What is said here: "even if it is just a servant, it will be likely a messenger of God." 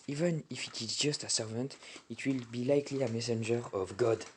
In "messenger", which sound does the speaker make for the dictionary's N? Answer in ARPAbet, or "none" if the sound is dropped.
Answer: N